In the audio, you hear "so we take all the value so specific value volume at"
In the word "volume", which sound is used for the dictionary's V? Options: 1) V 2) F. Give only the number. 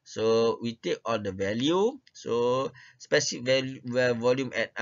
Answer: 1